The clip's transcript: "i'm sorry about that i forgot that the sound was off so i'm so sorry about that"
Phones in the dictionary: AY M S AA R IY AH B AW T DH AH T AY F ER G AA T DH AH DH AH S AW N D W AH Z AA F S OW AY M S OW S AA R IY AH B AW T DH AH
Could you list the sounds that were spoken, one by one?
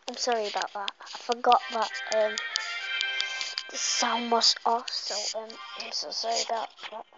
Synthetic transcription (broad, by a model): AY M S AA R IY AH B AW T DH AH T AY F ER G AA T DH AH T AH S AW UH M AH S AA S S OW AY M S OW S AA R IY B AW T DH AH